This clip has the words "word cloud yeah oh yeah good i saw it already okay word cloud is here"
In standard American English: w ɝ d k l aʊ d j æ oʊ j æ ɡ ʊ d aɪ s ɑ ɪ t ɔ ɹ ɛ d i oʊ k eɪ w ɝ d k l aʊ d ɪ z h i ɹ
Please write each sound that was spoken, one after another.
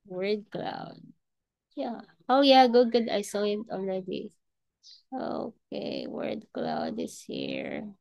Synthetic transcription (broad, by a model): w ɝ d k l aʊ d j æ oʊ j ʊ ɡ ʊ d aɪ s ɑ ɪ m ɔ l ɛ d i oʊ k eɪ w ɝ d k l aʊ d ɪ s h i ɹ